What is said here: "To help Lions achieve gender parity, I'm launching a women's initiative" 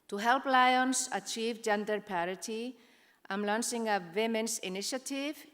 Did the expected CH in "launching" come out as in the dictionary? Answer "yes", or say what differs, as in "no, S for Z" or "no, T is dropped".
no, S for CH